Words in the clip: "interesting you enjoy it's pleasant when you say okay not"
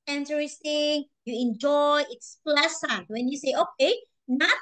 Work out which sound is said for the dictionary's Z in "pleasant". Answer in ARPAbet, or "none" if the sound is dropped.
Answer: S